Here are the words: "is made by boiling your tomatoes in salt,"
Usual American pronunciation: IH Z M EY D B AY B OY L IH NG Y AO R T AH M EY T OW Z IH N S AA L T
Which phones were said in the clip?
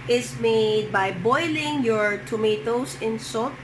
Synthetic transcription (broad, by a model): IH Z M EY D B AY B OY L IH NG Y AO R T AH M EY T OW S IH N S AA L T